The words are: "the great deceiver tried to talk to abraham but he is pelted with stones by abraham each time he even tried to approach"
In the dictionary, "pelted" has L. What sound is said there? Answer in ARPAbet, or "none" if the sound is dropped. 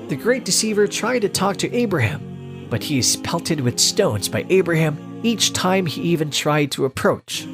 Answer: L